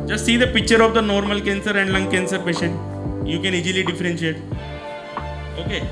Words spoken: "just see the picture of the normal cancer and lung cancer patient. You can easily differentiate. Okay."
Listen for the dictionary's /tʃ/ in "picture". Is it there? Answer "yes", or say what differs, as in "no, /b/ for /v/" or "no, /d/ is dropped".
yes